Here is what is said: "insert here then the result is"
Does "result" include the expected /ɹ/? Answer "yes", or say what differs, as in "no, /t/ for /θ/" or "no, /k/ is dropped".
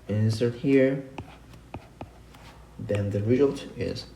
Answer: yes